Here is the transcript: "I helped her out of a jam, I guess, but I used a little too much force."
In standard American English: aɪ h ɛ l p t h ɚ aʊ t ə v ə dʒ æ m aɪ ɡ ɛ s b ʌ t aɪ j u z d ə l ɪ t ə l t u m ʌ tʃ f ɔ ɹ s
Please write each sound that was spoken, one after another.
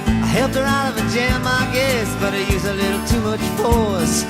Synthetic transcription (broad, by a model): aɪ h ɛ l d ɚ aʊ t ə v ə dʒ æ m aɪ ɡ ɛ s b ʌ t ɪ j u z ə l ɪ t l t u m ʌ tʃ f ɔ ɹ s